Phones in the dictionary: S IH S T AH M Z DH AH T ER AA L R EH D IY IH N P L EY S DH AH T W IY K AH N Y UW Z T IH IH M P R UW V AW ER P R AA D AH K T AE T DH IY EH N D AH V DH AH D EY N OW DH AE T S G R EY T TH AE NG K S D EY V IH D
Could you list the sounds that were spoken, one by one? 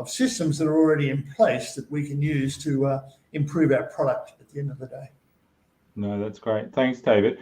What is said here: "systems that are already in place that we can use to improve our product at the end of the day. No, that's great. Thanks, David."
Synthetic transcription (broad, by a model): S IH S T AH M Z DH AH T ER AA L R EH D IY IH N P L EY S DH AH T W IY K AH N Y UW Z T IH IH M P R UW V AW P R AA D AH K T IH T DH IY EH N D AH V DH AH D EY N OW DH AE T S G R EY T TH AE NG K S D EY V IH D